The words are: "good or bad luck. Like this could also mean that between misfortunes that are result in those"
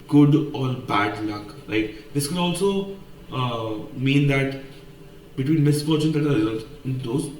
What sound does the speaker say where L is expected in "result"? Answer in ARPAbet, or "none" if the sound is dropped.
N